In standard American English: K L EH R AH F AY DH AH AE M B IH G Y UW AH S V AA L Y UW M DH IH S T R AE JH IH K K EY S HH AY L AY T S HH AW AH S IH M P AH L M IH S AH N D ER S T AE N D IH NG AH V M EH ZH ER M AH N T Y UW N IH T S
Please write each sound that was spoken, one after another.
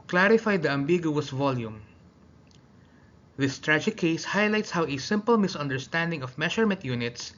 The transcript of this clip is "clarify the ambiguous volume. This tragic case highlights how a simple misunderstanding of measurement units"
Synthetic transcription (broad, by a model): K L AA R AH F AY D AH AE M B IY G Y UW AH S V AA L Y UW M DH IH S T R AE JH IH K K EY S HH AY L AY T S HH AW AH S IH M P AH L M IH S AH N D ER S T AE N D IH NG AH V M EH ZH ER M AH N T Y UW N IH T S